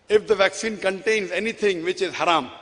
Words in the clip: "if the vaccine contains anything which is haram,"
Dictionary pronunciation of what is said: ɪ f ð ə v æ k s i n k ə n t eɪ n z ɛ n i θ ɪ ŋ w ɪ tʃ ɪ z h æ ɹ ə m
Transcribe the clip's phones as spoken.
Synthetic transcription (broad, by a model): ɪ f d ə v æ k s i n k ə n t eɪ n z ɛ n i t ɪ ŋ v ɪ tʃ ɪ z h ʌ ɹ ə m